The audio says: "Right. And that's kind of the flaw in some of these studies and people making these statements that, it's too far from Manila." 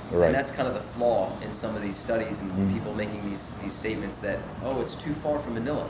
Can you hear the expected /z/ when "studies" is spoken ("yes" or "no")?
yes